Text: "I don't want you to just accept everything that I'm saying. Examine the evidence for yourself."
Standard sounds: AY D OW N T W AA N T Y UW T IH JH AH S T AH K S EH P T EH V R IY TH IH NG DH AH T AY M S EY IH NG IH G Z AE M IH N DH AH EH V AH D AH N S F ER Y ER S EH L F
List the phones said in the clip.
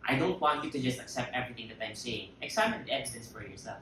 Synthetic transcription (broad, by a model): AY D OW N T W AA N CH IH T IH JH AH S T AH K S EH P T EH V R IY TH IH NG DH AH T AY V S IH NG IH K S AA IH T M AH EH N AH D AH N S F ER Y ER S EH L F